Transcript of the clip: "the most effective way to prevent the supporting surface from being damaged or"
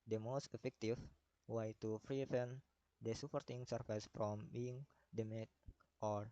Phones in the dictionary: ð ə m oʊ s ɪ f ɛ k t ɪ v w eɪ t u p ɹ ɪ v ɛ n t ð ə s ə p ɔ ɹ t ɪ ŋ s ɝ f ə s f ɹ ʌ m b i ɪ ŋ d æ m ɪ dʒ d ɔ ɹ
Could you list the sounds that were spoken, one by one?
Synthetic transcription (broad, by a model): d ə m oʊ s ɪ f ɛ k t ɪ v w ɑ t u f ɹ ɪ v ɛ n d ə s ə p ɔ ɹ t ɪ ŋ s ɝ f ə s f ɹ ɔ m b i ŋ d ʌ m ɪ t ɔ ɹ